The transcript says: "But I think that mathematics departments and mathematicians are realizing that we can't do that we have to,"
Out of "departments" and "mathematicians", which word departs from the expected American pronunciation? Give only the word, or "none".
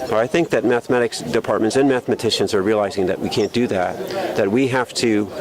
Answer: none